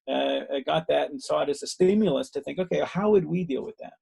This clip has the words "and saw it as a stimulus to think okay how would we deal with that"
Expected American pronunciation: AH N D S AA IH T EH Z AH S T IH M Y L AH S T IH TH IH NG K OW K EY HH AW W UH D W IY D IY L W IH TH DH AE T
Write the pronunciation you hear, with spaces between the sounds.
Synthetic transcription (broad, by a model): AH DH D S AA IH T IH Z AH S T IH M Y L AH S T IH TH IH NG K OW K EY HH AW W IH D W IY D IY L W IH DH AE T